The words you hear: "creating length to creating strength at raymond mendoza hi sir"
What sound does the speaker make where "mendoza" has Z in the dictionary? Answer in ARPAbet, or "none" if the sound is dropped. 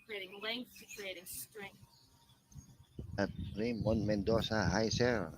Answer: S